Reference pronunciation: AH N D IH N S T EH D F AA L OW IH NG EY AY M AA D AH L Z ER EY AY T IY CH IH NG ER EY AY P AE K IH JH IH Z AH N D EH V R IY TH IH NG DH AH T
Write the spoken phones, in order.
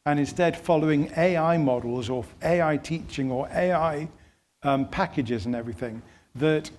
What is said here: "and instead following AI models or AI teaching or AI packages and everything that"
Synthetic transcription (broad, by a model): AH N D IH N S T EH D F AA L OW IH NG EY AY M AA D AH L Z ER EY AY T IY CH IH NG ER EY AY P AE K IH JH IH Z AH N EH V R IY TH IH NG DH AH T